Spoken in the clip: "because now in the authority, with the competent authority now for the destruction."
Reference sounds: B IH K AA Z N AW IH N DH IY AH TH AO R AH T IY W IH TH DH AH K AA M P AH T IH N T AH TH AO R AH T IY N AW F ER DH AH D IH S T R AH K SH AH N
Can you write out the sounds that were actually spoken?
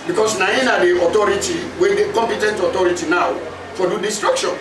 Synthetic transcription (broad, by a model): B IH K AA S N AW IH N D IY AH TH AO R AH T IY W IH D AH K AA M P AH T IH N T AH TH AO R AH T IY N AW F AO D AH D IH S T R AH K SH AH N